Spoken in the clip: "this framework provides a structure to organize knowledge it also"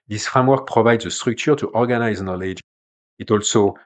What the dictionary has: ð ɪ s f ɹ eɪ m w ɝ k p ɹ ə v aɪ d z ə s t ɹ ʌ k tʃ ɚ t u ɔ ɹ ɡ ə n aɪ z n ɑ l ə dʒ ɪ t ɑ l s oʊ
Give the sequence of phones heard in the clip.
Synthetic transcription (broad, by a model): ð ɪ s f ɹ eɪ m w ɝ k p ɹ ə v aɪ d z ə s t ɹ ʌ k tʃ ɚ t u ɔ ɹ ɡ ə n aɪ z n ɑ l ə dʒ ɪ t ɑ l s oʊ